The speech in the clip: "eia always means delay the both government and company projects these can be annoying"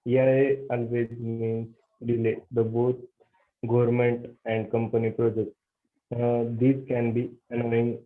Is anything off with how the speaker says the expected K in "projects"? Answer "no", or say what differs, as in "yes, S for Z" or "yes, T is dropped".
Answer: no